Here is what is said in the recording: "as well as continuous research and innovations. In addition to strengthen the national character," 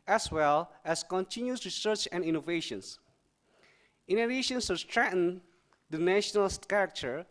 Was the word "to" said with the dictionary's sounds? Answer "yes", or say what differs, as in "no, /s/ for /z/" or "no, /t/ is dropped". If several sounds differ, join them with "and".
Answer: no, /s/ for /t/